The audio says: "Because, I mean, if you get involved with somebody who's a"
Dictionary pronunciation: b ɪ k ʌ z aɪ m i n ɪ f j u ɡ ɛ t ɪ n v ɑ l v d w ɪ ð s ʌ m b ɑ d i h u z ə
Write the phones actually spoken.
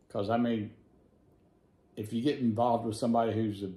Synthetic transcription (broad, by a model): k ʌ z aɪ m i n ɪ f j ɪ ɡ ɛ t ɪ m v ɑ l v d w ɪ ð s ʌ m b ɑ d i h u z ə